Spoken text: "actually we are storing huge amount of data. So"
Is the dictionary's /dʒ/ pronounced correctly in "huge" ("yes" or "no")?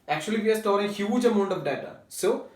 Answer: yes